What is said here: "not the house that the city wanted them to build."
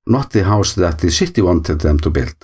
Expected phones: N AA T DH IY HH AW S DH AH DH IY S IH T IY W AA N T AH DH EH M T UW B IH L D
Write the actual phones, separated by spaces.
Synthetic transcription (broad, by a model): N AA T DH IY HH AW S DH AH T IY SH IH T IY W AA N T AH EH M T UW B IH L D